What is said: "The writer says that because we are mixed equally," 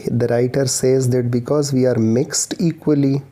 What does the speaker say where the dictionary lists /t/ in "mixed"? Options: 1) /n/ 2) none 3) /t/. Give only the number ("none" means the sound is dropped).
3